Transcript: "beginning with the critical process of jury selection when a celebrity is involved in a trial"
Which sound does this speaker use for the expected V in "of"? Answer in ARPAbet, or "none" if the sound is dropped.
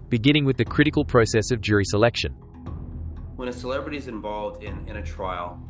V